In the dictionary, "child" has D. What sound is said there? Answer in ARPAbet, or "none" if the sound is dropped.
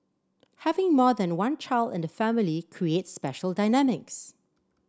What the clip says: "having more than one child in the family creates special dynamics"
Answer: D